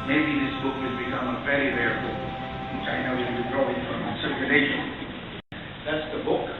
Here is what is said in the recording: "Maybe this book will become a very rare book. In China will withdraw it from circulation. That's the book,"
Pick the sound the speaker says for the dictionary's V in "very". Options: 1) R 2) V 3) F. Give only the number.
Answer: 3